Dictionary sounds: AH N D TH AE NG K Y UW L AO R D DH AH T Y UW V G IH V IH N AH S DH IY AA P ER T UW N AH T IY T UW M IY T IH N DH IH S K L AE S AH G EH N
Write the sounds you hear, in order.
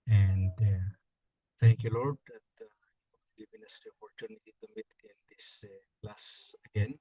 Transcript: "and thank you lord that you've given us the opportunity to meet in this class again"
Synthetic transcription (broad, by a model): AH N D T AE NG K Y UW L AO R D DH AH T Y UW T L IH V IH N AH S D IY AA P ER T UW N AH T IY T UW M IY T IH N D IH S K L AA S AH G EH N